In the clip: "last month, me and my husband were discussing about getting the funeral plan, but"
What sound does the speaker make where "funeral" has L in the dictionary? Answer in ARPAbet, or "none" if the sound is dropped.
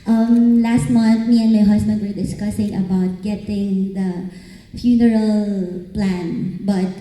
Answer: L